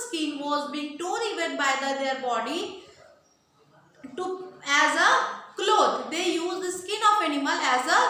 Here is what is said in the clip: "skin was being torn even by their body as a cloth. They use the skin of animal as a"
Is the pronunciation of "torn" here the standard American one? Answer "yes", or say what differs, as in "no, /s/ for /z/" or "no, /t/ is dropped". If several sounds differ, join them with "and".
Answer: no, /n/ is dropped